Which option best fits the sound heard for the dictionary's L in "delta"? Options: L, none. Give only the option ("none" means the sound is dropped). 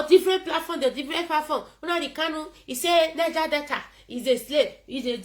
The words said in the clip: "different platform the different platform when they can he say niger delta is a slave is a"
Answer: none